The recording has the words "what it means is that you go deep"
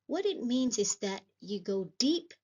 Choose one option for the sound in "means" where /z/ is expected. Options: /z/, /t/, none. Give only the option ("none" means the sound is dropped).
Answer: /z/